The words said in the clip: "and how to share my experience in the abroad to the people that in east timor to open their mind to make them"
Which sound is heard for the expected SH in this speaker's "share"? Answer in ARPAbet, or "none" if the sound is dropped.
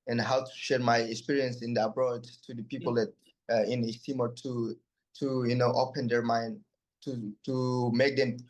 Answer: SH